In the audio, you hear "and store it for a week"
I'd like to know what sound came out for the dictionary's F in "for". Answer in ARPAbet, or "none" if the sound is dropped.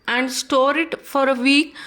F